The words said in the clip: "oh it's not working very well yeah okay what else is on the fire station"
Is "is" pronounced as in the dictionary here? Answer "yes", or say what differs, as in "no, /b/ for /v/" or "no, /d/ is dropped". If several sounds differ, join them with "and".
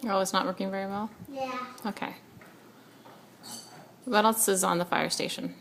yes